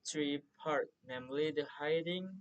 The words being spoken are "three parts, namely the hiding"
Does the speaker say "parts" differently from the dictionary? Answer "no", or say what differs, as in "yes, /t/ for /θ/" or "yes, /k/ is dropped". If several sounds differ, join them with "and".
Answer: yes, /s/ is dropped